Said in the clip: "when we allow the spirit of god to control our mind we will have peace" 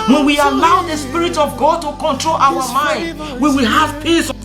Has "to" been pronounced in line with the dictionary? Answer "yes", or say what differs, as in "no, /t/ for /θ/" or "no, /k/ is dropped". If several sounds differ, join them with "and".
yes